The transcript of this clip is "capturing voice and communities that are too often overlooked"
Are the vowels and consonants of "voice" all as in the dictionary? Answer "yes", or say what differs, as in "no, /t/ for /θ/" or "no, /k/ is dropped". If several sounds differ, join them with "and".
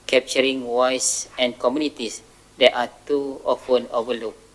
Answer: no, /w/ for /v/